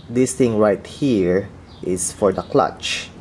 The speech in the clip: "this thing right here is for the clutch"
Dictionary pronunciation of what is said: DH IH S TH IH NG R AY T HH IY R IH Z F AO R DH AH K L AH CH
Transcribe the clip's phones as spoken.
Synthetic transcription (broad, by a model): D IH S T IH NG R AY T HH IY R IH S F AO R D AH K L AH CH